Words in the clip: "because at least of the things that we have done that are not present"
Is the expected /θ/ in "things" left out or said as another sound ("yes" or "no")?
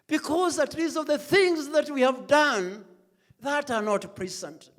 no